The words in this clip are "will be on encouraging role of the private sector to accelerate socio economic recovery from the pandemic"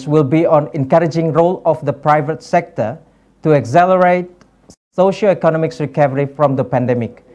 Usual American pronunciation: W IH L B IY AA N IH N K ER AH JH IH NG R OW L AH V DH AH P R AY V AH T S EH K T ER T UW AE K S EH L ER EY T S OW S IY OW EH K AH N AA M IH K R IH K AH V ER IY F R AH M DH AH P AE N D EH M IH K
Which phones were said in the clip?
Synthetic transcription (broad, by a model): W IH L B IY AA N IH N K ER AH JH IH NG R OW L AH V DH AH P R AY V AH T S EH K T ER T UW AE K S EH L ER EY T S OW SH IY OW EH K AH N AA M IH K R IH K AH V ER IY F R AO M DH AH P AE N D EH M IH K